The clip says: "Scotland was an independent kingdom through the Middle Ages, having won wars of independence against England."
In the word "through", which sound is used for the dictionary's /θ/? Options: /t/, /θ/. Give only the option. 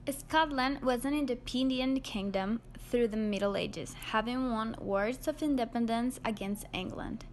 /θ/